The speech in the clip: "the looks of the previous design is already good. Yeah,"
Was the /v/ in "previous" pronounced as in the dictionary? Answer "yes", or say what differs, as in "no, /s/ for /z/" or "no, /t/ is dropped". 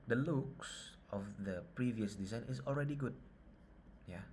yes